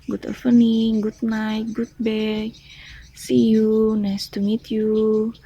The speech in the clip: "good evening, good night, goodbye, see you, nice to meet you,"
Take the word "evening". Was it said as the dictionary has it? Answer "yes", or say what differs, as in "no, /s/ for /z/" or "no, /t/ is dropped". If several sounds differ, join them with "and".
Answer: no, /p/ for /v/